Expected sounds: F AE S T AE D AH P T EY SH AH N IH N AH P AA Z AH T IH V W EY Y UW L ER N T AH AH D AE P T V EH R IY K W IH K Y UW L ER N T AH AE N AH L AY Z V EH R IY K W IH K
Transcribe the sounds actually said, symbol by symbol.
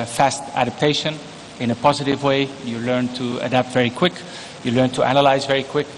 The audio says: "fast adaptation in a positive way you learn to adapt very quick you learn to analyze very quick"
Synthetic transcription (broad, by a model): F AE S T AE D AH P T EY SH AH N IH N AH P AA Z AH T IH V W EY Y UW L ER N T AH AH D AE P T V EH R IY K W IH K Y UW L ER N T AH AE N AH L AY Z V EH R IY K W IH K